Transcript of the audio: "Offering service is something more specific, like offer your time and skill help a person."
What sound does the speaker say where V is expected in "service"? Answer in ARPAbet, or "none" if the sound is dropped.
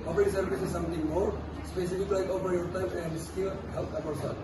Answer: B